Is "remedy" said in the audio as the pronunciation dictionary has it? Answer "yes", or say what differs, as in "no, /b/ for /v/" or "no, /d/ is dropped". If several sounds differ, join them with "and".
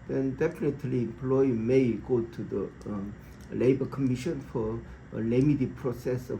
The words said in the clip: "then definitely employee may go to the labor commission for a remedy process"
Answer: no, /l/ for /ɹ/